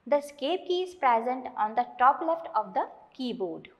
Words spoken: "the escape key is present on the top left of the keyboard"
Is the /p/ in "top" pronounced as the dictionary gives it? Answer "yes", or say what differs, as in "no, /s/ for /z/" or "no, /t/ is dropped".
yes